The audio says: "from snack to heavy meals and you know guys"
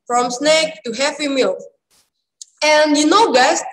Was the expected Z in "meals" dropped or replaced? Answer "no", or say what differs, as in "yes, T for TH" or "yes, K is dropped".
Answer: yes, Z is dropped